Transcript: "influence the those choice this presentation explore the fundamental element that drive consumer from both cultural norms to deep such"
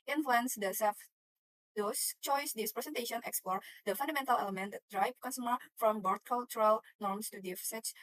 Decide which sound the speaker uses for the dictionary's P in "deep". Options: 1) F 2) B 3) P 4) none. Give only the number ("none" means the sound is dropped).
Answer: 1